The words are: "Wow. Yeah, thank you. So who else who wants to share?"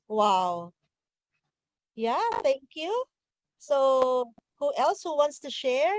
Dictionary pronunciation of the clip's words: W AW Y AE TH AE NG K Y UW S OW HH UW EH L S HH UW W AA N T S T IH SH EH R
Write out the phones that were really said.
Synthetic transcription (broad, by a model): W AW Y AE TH AE NG K Y UW S OW HH UW EH L S HH UW W AA N T S T IH SH EH R